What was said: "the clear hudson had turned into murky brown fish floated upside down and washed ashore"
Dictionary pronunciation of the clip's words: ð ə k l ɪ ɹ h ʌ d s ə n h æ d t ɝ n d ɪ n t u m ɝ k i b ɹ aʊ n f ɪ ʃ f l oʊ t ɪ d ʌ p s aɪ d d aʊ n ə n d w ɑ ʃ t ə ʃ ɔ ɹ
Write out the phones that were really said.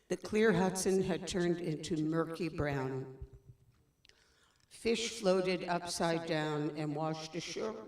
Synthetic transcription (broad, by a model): ð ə k l ɪ ɹ h ʌ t s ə n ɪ d t ɝ n d ɪ n t u m ɝ k i b ɹ aʊ n f ɪ ʃ f l oʊ t ɪ d ʌ p s aɪ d d aʊ n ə n w ɑ ʃ t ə ʃ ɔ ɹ